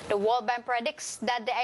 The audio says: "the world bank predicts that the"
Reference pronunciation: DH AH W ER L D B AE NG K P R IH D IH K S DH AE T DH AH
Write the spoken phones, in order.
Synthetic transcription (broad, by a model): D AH W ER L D B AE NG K P R IH D IH K S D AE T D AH